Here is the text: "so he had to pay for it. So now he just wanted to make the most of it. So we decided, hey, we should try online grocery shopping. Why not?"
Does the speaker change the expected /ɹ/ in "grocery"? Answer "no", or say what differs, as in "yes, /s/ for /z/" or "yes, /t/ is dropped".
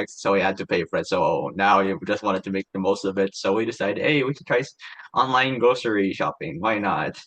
yes, /ɹ/ is dropped